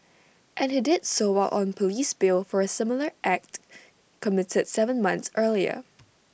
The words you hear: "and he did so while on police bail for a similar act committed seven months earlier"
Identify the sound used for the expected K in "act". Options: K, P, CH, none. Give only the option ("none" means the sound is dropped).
K